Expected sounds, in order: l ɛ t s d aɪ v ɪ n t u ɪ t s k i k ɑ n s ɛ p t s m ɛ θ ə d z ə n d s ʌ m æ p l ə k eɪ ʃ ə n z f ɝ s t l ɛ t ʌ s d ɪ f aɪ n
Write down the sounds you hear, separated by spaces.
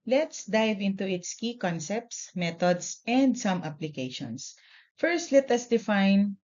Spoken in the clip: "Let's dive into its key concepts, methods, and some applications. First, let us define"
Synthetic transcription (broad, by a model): l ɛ t s d aɪ v ɪ n t u ɪ t s k i k ɑ n s ɛ p t s m ɛ t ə d s ə n d s ʌ m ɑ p l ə k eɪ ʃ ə n s f ɝ s t l ɛ t ʌ s d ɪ f aɪ n